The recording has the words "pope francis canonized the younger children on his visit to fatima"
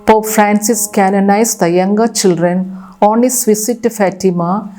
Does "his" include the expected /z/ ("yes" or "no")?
no